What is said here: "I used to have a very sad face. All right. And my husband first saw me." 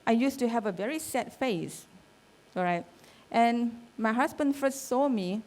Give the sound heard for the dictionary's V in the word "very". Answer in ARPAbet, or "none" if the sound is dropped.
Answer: V